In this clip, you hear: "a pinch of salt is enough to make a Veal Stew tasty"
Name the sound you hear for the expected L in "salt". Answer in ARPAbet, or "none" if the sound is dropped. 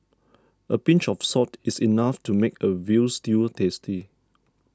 none